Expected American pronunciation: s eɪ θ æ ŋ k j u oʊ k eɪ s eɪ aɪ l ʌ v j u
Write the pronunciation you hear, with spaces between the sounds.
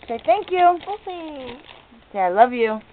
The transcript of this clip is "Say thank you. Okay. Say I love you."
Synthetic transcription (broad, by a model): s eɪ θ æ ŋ k j u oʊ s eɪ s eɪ aɪ l ʌ v j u